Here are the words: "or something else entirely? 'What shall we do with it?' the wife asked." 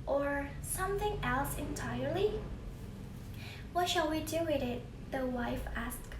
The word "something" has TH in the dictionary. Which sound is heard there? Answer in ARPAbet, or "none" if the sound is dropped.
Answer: TH